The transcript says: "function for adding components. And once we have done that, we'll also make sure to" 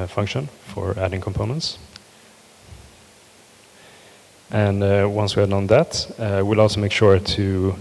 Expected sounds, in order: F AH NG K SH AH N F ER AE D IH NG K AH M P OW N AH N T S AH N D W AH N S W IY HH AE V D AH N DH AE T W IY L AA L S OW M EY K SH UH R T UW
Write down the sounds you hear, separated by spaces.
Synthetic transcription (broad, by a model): F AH NG K SH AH N F ER AE D IH NG K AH M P OW N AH N T S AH N W AH N S W IY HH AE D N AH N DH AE T W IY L AA L S OW M EY K SH UH R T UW